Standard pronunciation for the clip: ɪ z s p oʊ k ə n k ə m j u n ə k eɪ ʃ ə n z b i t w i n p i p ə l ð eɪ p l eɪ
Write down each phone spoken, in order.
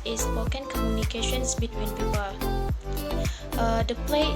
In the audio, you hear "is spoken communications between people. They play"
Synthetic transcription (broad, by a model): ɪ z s oʊ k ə n k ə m j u n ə k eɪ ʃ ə n s b i t w i n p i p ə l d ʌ p l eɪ